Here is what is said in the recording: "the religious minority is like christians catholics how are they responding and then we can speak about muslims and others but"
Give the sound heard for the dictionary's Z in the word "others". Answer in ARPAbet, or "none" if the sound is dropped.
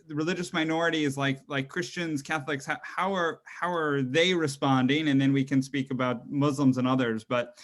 Z